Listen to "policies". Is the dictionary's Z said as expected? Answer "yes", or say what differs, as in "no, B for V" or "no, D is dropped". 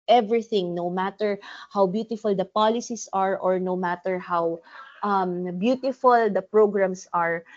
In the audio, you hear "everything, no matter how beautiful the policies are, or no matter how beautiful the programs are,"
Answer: no, S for Z